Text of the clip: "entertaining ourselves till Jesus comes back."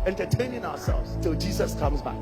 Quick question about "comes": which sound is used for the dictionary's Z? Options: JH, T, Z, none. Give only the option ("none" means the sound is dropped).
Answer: Z